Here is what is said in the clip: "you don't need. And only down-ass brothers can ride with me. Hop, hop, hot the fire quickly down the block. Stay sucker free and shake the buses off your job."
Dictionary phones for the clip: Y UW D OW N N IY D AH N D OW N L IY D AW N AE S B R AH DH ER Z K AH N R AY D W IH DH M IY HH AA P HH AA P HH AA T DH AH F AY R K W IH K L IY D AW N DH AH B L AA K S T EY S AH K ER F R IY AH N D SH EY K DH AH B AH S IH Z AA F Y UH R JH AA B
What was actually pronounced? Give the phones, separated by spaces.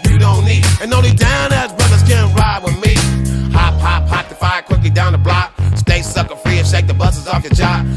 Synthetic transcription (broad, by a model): Y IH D OW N N IY D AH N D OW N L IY D AW N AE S B R AH DH ER Z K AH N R AY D W IH DH M IY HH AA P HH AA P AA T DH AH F AY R K W IH K L IY D AW N DH AH B L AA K S T EY S AH K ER F R IY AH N SH EY K DH AH B AH S IH Z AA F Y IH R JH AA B